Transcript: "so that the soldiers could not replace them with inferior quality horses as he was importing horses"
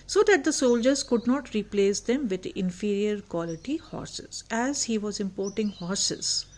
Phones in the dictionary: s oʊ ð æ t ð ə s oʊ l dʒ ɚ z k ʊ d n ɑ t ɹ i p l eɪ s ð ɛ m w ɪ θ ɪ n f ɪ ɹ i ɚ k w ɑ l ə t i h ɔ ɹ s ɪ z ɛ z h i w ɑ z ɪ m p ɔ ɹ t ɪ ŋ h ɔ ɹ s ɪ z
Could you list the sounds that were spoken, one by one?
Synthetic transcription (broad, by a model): s oʊ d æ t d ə s oʊ l dʒ ɚ z k ʊ d n ɑ t ɹ i p l eɪ s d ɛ m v ɪ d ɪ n f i ɹ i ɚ k w ɑ l ə t i h ɔ ɹ s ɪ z ɛ z h i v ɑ z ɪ m p ɔ ɹ t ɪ ŋ h ɔ ɹ s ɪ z